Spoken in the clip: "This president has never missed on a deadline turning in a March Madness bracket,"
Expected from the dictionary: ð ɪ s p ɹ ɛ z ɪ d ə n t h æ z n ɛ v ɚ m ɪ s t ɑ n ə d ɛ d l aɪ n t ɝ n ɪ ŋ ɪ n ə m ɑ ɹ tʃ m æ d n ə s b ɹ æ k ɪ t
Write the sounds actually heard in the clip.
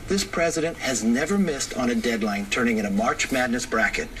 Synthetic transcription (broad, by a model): ð ɪ s p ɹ ɛ z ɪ d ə n t h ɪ z n ɛ v ɚ m ɪ s t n ə d ɛ d l aɪ n t ɝ n ɪ ŋ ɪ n ə m ɑ ɹ tʃ m æ d n ə s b ɹ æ k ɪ t